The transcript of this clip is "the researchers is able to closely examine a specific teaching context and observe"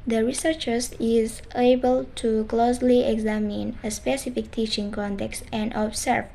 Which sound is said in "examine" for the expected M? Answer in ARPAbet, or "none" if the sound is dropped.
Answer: M